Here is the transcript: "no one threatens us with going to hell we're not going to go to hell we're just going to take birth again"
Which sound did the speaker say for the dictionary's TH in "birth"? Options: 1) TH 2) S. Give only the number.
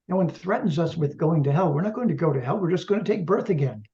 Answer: 1